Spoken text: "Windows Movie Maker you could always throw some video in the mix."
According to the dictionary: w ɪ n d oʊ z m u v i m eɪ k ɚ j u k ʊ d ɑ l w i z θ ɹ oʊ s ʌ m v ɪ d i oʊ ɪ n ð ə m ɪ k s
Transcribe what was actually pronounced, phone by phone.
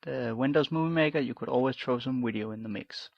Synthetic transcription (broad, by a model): w ɪ n d oʊ z m u v i m eɪ k ɚ j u k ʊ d ɑ l w i z t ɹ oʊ s ʌ m w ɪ d i oʊ ɪ n ð ə m ɪ k s